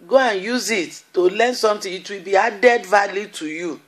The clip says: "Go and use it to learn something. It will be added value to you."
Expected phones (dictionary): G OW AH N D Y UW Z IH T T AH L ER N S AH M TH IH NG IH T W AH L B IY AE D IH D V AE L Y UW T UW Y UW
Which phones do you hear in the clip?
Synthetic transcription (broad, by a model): G OW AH N Y UW Z IH T T AH L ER N S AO M T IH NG IH T W AH L B IY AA D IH D V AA L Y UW T UW Y UW